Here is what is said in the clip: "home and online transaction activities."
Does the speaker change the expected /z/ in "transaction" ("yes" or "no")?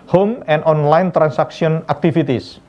yes